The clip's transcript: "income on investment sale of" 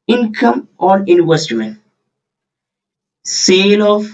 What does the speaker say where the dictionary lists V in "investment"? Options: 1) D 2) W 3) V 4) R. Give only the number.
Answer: 2